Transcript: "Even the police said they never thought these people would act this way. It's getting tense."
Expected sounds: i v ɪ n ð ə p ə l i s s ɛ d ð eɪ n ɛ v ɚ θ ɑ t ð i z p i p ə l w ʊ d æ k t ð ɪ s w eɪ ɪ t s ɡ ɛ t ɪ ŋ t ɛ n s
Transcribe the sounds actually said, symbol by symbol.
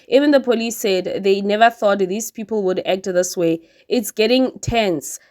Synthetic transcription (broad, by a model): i v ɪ n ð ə p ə l i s s ɛ d ð eɪ n ɛ v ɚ θ ɑ t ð i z p i p ə l w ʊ d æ k t ð ɪ s w eɪ ɪ t s ɡ ɛ t ɪ ŋ t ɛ n s